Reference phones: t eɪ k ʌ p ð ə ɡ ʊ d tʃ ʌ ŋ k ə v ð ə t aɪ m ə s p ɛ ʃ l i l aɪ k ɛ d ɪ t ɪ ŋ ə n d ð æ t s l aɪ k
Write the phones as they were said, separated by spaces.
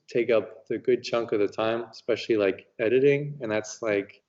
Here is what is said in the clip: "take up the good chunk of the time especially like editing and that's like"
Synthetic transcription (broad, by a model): t eɪ k ʌ p ð ə ɡ ʊ d tʃ ʌ ŋ k ə v ð ə t aɪ m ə s p ɛ ʃ l i l aɪ k ɛ d ɪ t ɪ ŋ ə n ð æ t s l aɪ k